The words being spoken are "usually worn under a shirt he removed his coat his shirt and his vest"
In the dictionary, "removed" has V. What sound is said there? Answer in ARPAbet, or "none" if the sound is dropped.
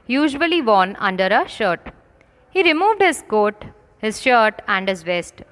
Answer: V